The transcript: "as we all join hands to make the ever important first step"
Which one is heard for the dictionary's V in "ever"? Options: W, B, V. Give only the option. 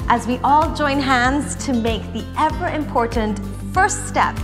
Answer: V